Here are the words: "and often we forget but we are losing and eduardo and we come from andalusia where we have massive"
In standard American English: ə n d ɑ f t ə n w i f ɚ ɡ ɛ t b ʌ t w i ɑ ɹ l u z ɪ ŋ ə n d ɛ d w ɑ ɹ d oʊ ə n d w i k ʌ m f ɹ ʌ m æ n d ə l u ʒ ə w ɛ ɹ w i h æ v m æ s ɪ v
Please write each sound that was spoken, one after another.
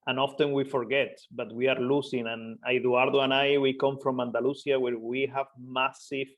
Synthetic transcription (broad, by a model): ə n ɑ f t ə n w i f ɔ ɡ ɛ t b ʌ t w i ɑ ɹ l u s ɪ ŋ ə n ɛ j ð ɑ ɹ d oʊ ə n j w i k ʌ m f ɹ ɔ m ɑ n d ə l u s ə w ɛ ɹ w i h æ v m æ s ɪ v